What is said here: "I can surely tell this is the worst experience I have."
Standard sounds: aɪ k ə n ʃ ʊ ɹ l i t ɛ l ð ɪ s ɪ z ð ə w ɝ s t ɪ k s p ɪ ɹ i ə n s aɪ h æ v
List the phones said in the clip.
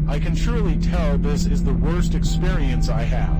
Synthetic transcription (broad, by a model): aɪ k ə n ʃ ʊ ɹ l i t ɛ l ð ɪ s ɪ z ð ə w ɝ s t ɪ k s p ɪ ɹ i ə n s aɪ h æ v